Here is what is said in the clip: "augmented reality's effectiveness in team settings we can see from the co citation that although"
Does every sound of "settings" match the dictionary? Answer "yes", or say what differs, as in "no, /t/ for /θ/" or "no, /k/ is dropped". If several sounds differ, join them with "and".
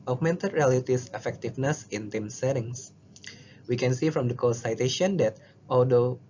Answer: no, /s/ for /z/